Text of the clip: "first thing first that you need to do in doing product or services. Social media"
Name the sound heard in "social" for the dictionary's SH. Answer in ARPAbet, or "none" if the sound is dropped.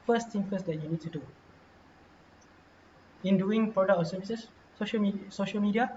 SH